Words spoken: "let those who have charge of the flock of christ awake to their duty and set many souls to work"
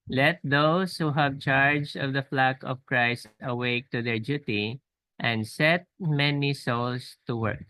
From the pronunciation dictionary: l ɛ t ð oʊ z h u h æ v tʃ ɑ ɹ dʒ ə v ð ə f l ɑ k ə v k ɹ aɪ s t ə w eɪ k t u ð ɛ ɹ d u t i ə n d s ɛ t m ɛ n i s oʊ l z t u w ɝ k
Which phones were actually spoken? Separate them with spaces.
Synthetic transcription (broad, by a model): l ɛ t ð oʊ s h u h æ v tʃ ɑ ɹ dʒ ə v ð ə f l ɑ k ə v k ɹ aɪ s t ə w eɪ k t u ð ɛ ɹ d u t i ə n d s ɛ t m ɛ n i s oʊ l s t u w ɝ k